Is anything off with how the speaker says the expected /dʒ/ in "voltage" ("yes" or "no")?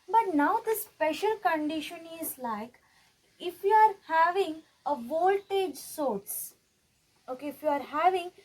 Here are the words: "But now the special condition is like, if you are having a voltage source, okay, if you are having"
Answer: no